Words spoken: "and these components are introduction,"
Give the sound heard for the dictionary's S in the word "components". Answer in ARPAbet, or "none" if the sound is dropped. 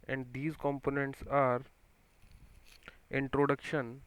S